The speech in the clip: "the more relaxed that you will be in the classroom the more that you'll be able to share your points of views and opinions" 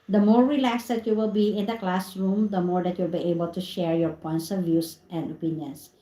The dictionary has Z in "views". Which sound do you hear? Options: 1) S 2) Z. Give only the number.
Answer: 1